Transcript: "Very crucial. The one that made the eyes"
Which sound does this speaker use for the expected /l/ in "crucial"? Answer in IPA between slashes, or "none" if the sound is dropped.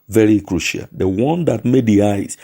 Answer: /l/